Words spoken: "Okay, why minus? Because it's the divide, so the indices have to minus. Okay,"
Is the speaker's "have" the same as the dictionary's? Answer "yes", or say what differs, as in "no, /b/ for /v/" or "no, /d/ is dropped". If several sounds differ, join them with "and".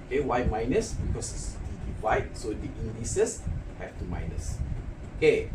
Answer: no, /f/ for /v/